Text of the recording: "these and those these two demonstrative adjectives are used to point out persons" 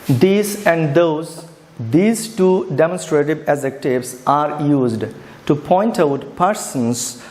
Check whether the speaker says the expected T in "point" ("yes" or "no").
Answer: yes